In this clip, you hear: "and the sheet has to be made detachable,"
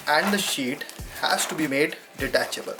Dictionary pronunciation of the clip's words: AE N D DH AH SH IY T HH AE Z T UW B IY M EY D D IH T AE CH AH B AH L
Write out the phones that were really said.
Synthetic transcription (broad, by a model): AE N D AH SH IY T HH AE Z T UW B IY M EY D D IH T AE CH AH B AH L